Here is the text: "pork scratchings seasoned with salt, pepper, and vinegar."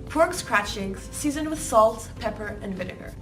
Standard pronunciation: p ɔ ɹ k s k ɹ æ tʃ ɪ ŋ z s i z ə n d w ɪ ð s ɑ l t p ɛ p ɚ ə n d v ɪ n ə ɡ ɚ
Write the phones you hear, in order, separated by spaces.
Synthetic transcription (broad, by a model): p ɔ ɹ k s k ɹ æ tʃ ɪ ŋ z s i z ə n w ɪ ð s ɑ l t p ɛ p ɚ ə n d v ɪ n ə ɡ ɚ